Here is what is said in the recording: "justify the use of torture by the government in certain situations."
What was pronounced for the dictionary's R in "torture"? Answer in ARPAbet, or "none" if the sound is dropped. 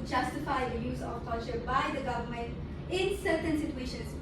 L